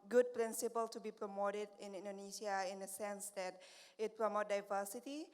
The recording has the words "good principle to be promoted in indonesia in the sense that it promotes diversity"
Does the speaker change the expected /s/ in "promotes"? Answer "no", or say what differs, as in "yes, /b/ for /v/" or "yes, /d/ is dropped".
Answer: yes, /s/ is dropped